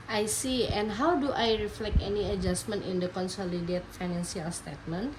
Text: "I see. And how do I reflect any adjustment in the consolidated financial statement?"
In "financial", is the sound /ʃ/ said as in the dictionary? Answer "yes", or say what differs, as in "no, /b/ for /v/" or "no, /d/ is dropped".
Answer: no, /s/ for /ʃ/